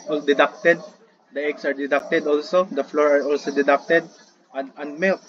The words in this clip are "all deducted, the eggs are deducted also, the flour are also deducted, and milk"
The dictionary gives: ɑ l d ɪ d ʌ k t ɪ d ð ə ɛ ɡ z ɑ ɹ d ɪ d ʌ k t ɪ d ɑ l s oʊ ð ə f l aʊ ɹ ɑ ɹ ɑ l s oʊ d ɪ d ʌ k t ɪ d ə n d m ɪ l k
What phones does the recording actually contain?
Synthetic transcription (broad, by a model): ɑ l d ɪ d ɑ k t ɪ d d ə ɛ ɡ s ɑ ɹ d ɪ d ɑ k t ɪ d ɑ l s oʊ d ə f l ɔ ɹ ɑ ɹ ɑ l s oʊ d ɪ d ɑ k t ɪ d ə n d m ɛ